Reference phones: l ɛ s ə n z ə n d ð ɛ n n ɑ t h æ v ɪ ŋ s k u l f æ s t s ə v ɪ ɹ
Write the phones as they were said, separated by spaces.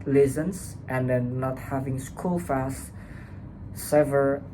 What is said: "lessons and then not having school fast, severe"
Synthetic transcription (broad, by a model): l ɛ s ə n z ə n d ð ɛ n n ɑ t h æ v ɪ ŋ s k u l f æ s t s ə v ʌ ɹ